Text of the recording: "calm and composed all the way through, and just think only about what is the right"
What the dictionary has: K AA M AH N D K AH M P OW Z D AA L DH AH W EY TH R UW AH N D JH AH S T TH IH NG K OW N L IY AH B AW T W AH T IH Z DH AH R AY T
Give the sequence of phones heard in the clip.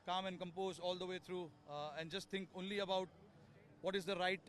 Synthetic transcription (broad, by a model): K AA M AH N D K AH M P OW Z AA L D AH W EY T R UW AH N D JH AH S T T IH NG K OW N L IY AH B AW T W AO T IH Z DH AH R AY T